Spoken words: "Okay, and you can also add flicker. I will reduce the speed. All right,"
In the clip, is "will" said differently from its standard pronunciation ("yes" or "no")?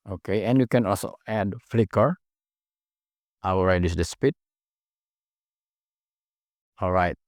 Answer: yes